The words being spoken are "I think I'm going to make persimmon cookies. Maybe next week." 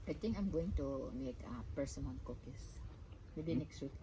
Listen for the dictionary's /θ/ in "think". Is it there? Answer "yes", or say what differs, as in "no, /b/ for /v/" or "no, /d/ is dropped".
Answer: no, /t/ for /θ/